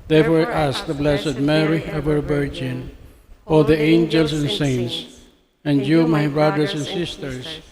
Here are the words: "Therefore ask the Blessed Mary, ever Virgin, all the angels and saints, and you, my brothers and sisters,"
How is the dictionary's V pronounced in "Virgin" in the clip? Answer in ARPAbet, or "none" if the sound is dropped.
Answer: B